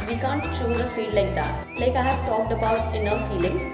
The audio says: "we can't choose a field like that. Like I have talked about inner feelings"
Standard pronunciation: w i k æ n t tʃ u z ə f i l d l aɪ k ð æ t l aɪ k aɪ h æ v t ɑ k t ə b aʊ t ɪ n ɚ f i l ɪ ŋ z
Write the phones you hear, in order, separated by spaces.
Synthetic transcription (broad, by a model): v i k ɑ n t tʃ u z ə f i d l aɪ k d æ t l aɪ k aɪ h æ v t ɑ k t ə b aʊ t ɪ n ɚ f i l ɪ ŋ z